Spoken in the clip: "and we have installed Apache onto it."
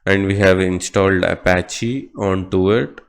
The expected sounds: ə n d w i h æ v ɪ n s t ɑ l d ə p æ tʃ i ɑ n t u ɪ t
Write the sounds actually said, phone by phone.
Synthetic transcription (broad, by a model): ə n d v i h æ v ɪ n s t ɑ l d ə p æ tʃ i ɑ n t u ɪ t